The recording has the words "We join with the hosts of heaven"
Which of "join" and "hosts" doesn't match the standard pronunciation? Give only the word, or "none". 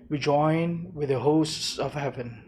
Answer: none